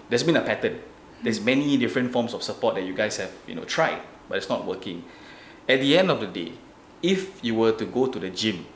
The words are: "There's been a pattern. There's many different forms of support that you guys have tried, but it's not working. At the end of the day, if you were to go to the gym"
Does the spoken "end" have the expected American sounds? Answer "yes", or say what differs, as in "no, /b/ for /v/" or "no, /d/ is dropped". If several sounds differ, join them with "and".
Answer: yes